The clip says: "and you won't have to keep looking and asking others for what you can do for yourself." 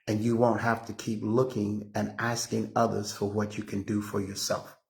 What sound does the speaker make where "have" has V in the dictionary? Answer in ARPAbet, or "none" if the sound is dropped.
F